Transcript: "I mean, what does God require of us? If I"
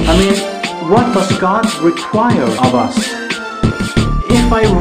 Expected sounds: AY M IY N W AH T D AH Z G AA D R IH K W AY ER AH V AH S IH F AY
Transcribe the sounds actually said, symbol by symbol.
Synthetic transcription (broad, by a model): AY M IY N W AH T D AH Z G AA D R IH K W AY ER AH V AH S IH F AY